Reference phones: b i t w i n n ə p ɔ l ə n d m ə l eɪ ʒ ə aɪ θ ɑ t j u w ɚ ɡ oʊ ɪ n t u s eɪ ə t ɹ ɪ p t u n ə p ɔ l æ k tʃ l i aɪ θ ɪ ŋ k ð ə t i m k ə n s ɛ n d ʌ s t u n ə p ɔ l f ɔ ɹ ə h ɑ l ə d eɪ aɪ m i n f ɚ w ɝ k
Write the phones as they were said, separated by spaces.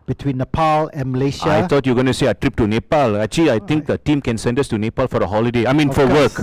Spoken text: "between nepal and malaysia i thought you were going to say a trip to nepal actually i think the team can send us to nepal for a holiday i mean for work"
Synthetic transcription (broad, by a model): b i t w i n n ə p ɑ l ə n m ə l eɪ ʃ aɪ t ɑ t j u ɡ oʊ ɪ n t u s eɪ ə t ɹ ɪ p t u n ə p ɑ l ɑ tʃ i aɪ t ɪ ŋ k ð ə t i m k ə n s ɛ n d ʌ s t u n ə p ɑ l f ɔ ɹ ə h ɑ l ə d eɪ aɪ m i n f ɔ w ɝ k